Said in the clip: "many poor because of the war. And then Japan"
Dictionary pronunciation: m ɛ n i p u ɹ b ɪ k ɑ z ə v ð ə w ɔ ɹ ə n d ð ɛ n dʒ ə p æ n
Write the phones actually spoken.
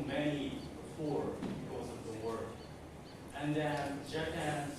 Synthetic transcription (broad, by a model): m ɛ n i f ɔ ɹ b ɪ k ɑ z ə v ð ə w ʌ ɹ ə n n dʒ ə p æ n